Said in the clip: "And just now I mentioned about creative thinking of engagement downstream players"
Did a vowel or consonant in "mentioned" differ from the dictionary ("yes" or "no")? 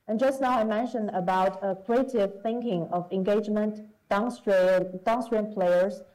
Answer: no